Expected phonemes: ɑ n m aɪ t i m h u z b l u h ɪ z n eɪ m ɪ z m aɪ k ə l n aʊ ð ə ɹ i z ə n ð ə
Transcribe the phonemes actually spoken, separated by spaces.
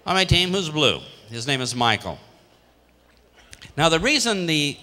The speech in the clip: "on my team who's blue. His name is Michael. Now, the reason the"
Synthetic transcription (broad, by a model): ɑ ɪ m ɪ t i m h u z b l u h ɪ z n eɪ m ɪ z m aɪ k l n aʊ ð ə ɹ i z ə n ð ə